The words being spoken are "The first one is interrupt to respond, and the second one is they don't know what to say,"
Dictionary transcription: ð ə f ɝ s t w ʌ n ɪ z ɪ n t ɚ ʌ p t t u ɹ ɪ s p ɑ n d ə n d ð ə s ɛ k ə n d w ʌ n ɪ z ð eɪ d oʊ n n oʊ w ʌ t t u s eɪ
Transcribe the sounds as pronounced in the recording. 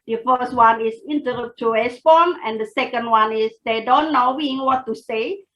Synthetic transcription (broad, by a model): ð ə f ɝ s t w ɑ n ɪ s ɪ n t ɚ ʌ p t t u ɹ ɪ s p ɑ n ə n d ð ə s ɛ k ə n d w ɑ n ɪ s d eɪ d oʊ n n oʊ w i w t u s eɪ